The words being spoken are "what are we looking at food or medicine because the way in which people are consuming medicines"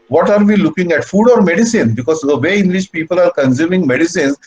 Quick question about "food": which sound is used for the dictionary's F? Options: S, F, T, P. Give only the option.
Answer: F